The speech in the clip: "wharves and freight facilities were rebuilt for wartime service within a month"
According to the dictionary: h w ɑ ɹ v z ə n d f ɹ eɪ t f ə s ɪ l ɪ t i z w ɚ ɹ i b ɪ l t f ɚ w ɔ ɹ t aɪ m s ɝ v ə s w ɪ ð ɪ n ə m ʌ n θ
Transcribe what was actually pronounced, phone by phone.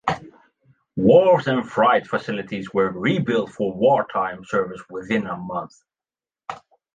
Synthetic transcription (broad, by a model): w ɑ ɹ z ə n f ɹ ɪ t f ə s ɪ l ɪ t i z w ɚ ɹ i b ɪ l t f ɚ w ɔ ɹ t aɪ m s ɝ v ə s w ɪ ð ɪ n ə m ʌ n θ